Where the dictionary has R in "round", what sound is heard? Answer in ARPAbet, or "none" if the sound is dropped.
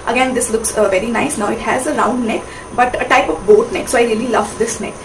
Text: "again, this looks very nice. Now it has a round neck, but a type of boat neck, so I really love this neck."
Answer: R